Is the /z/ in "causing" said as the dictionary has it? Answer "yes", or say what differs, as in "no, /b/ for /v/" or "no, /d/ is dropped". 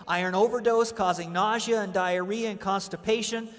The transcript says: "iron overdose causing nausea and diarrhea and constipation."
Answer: yes